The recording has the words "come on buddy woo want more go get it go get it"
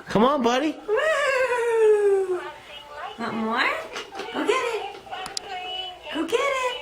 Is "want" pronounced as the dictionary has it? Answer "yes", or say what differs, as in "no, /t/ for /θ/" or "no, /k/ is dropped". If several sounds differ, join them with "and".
no, /n/ is dropped